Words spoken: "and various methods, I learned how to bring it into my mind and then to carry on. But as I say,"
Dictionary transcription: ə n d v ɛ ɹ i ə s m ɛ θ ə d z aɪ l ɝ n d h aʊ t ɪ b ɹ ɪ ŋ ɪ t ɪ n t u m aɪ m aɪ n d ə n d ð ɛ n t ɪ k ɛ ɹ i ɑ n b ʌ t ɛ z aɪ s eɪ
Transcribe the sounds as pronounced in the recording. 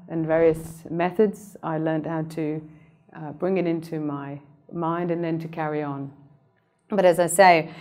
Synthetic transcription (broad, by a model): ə n v ɛ ɹ i ə s m ɛ θ ə d z aɪ l ɝ n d h aʊ t ɪ b ɹ ɪ ŋ ɪ t ɪ n t u m aɪ m aɪ n d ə n ð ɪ n t ɪ k ɛ ɹ i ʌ n b ʌ t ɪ z aɪ s eɪ